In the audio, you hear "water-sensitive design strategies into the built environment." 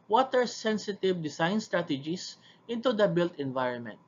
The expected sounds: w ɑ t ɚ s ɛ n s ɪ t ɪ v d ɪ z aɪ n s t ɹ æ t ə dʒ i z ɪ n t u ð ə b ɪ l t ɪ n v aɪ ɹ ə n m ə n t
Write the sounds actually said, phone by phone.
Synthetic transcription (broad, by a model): w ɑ t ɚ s ɛ n s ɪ t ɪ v d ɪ s aɪ n s t ɹ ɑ t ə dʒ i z ɪ n t u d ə b ɪ l t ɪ n v aɪ ɹ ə n m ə n t